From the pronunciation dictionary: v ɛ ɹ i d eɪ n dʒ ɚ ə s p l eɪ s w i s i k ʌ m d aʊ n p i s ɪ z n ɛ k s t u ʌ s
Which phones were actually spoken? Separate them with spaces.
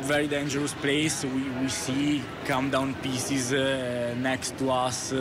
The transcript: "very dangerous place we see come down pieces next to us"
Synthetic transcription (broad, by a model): v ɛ ɹ i d eɪ n dʒ ɚ ə s p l eɪ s w i s i k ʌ m d aʊ n p i s ɪ z n ɛ k s t u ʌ s